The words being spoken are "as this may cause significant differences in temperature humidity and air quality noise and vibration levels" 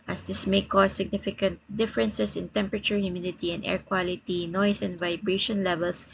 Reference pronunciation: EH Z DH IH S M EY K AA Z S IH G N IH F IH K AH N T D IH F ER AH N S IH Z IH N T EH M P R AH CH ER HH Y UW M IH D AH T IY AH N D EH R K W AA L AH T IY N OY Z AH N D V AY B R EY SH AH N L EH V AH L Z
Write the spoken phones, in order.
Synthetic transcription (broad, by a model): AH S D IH S M EY K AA S IH G N IH F IH K AH N T D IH F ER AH N S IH S IH N T EH M P R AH CH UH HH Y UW M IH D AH T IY AH N D EH R K W AA L AH T IY N OY S AH N D V AY B R EY SH AH N L EH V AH L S